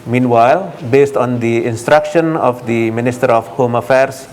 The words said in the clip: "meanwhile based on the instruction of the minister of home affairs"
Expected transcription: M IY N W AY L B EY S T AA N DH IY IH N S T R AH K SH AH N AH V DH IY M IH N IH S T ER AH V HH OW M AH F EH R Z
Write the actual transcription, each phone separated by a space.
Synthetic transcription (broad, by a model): M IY N W AY L B EY S T AA N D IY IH N S T R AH K SH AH N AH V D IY M IH N IH S T ER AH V HH OW M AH F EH R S